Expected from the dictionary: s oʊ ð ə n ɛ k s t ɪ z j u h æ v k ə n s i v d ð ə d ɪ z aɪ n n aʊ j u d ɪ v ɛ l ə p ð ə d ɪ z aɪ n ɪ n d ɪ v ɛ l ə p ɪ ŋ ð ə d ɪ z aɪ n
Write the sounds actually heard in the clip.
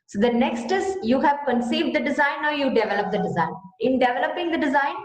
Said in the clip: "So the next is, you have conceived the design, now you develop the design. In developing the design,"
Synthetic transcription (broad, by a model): s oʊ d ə n ɛ k s t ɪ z j u h æ v k ə n s i v d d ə d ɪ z aɪ n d j u d ɪ v ɛ l ə p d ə d ɪ z aɪ n ɪ n d ɪ v ɛ l ə p ɪ ŋ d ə d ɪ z aɪ n